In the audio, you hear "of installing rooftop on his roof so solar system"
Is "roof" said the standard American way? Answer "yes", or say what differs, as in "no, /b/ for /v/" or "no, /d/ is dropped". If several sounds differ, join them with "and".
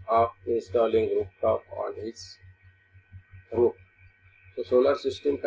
no, /p/ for /f/